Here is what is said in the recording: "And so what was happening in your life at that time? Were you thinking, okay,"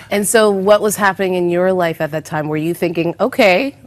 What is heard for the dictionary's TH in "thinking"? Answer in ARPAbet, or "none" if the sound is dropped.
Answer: TH